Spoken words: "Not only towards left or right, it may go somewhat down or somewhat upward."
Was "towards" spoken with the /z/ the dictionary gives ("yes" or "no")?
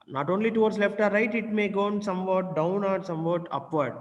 no